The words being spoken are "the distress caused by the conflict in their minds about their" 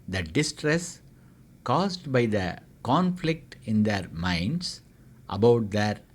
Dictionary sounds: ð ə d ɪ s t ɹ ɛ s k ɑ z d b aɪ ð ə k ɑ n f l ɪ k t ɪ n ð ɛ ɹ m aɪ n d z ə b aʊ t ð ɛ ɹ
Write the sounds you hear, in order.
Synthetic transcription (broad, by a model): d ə d ɪ s t ɹ ɛ s k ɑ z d b aɪ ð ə k ɑ n f l ɪ k t ɪ n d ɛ ɹ m aɪ n d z ə b aʊ t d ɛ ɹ